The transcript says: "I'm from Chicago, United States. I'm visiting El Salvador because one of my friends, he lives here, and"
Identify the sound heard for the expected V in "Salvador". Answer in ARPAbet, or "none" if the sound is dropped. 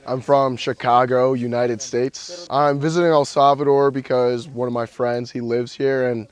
V